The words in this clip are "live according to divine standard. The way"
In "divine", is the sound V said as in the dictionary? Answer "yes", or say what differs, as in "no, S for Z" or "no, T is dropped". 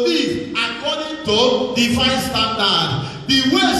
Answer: no, F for V